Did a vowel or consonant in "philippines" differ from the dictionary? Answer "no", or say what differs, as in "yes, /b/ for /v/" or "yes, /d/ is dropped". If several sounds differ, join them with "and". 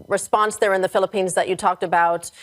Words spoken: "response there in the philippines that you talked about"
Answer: no